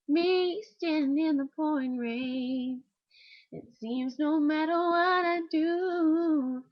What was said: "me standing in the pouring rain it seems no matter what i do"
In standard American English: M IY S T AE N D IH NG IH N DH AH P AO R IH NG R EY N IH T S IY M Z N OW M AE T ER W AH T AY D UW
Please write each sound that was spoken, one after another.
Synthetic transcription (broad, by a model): M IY S T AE N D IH IH N DH AH P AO IH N R EY IH T S IY M Z N OW M AE T ER W AH T AY D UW